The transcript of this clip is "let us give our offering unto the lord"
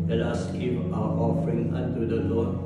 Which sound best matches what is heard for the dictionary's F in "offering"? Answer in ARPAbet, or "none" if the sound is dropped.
F